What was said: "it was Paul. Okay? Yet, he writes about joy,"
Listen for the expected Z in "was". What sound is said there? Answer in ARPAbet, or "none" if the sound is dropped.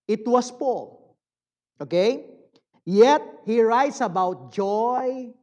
S